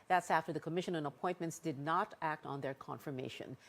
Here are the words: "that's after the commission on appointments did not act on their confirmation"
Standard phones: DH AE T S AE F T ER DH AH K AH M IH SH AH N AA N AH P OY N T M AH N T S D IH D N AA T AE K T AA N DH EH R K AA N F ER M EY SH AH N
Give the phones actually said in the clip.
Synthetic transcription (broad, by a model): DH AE T S AE F T ER DH AH K AH M IH SH AH N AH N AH P OY N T M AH N T S D IH D N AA T AE K T N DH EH R K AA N F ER M EY SH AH N